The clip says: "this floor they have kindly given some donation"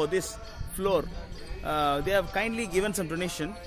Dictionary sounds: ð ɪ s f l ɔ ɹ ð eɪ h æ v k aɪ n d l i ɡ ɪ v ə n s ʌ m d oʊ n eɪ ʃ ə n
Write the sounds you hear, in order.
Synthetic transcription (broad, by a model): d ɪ s f l ɔ ɹ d eɪ h æ v k aɪ n d l i ɡ ɪ v ə n s ʌ m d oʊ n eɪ ʃ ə n